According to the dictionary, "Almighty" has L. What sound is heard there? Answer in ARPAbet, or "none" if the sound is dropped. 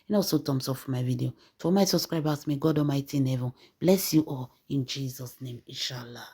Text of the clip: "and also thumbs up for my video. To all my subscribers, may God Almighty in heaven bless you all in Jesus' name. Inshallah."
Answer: none